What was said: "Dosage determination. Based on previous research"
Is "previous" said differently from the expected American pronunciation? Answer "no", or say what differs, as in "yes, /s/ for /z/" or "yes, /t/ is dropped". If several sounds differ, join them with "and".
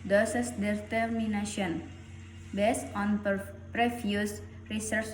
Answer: yes, /f/ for /v/